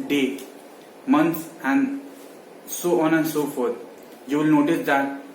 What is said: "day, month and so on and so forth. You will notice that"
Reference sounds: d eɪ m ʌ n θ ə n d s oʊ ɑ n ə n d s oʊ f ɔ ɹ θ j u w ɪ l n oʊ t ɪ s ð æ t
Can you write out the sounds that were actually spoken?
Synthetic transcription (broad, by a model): d eɪ m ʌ n s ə n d s oʊ ɑ n ə n d s oʊ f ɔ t j u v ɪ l n oʊ t ɪ s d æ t